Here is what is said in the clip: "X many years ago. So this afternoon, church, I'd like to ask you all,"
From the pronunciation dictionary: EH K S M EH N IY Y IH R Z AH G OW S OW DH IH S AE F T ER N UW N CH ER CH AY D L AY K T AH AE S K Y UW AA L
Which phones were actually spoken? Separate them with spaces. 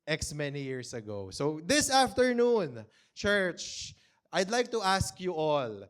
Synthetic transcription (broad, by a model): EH K S M EH N IY Y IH R S AH G OW S OW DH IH S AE F T ER N UW N CH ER CH AY D L AY K T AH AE S K Y UW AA L